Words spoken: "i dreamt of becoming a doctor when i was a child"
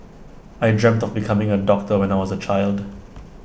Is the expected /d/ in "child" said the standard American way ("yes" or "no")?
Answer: yes